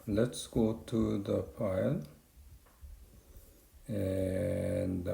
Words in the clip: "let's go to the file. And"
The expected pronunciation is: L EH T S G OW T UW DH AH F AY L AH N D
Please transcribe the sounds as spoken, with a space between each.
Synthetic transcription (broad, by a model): L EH T S G OW T UW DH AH P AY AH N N